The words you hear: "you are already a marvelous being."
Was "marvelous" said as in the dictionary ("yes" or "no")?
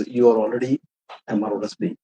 no